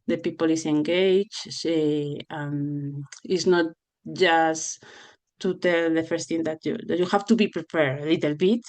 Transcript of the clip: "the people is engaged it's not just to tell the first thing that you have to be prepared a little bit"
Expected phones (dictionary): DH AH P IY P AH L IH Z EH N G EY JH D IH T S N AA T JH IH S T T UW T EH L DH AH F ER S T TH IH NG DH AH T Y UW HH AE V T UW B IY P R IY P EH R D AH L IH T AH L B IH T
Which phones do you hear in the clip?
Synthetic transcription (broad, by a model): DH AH P IY P AH L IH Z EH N G EY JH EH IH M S N AA T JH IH S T T UW T EH L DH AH F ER S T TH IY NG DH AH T Y UW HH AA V T UW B IY P R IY P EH R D AH L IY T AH L B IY T